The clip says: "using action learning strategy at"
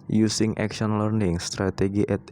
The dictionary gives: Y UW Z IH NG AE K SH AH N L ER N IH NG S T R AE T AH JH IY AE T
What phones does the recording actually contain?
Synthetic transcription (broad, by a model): Y UW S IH NG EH K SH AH N L ER N IH NG S T R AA T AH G IY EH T